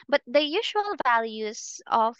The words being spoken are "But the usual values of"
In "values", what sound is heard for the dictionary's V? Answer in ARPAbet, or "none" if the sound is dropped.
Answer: V